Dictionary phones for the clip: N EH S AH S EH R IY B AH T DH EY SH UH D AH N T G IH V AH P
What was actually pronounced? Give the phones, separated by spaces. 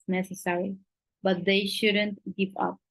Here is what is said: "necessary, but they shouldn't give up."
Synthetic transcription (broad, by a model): N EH S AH S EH R IY B AH T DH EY SH UH D AH N T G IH P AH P